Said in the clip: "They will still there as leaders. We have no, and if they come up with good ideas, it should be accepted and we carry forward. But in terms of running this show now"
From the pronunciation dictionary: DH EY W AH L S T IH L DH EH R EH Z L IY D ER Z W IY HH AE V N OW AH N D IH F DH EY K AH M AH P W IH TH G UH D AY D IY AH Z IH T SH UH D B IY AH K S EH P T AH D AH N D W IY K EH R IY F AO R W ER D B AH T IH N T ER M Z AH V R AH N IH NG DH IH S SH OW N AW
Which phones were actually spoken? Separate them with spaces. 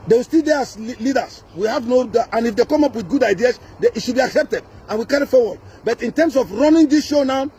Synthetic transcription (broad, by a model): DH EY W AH S T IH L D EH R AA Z L IY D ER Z W IY HH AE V N OW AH N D IH F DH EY K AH M AH P W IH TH G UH D AY D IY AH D IH T SH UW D B IY AH K S EH P T AH D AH N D W IY K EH R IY F AO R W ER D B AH T IH N T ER M S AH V R AH N IH NG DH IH S SH OW N AW